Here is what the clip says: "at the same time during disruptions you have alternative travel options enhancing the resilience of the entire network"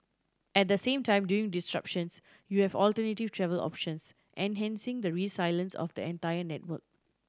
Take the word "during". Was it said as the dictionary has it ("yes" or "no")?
no